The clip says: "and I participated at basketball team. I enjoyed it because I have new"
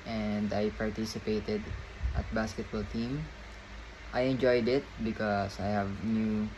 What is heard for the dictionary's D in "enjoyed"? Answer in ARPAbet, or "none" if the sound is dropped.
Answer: D